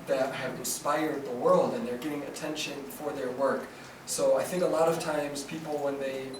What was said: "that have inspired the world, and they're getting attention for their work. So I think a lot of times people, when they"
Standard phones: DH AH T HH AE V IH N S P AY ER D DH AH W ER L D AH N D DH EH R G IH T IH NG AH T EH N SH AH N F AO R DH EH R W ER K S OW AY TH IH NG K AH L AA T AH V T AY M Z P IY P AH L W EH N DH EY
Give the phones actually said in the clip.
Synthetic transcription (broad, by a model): DH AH T HH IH V IH N S P AY ER D DH AH W ER L D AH N DH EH R G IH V IH NG AH T EH N SH AH N F AO R DH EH R W ER K S OW AY TH IH NG K AH L AA T AH V T AY M Z P IY P L W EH N DH EY